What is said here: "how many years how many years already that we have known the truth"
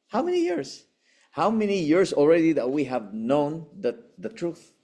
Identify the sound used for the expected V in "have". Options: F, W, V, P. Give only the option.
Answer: V